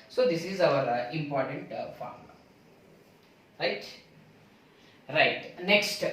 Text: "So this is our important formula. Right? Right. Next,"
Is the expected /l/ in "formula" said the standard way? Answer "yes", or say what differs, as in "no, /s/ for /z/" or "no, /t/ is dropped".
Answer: no, /l/ is dropped